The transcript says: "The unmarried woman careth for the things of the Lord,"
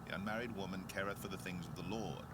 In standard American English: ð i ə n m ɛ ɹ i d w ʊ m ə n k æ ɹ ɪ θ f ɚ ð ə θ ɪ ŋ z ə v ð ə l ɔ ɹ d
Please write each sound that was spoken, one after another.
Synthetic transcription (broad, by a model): ð i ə n m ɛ ɹ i d w ʊ m ə n k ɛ ɹ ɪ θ f ɚ ð ə θ ɪ ŋ z ə v ð ə l ɔ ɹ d